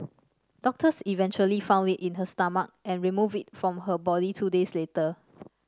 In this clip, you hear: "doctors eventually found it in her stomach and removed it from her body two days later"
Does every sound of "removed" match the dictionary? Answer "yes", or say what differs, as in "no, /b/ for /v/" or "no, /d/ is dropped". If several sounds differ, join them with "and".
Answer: no, /d/ is dropped